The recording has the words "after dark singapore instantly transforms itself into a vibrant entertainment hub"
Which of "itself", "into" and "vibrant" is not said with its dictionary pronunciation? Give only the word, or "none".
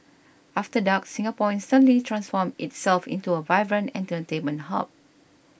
vibrant